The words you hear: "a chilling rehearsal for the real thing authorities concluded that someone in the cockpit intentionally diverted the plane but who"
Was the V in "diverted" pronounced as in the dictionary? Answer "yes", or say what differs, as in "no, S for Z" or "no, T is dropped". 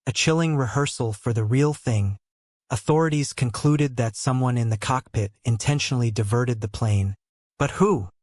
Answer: yes